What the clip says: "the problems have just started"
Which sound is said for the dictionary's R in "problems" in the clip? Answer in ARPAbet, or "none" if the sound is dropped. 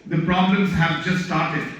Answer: R